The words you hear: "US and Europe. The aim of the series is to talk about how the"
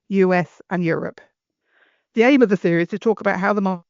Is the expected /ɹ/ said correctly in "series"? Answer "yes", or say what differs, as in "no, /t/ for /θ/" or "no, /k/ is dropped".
no, /ɹ/ is dropped